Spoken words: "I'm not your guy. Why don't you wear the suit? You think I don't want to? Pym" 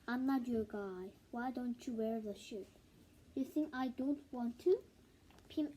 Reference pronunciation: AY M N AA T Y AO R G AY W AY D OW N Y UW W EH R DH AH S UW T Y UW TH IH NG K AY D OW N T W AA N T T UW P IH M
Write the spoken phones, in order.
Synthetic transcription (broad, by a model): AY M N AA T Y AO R G AY W AY D OW N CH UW W EH R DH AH SH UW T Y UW TH IH NG K AY D OW N T W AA N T T UW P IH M